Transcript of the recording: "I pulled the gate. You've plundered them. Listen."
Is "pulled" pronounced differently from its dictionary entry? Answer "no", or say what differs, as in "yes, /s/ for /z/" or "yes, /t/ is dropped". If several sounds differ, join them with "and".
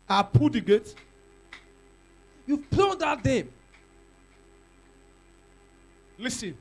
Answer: yes, /l/ is dropped